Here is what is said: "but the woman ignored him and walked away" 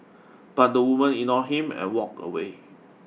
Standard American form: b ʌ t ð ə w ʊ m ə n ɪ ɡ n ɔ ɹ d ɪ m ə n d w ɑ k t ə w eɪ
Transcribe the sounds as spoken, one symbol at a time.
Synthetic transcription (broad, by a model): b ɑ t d ə w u m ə n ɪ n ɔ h ɪ m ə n w ɑ k ə w eɪ